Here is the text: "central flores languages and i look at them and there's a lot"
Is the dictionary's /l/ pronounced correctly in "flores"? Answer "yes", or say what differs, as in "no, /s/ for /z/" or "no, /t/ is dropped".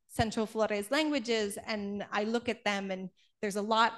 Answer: yes